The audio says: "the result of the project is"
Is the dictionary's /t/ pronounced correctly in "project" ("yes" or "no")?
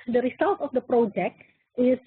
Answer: yes